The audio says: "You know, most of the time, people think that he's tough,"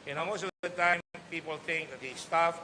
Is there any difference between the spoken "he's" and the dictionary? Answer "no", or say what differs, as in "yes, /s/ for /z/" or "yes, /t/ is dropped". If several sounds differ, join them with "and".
yes, /s/ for /z/